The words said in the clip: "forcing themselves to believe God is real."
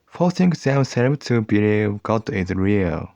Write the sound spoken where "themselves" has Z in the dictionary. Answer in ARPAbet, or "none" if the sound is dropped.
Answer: none